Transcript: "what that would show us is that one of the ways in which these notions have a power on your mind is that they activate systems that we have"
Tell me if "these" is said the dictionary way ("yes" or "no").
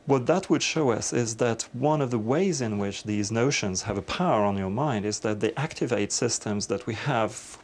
yes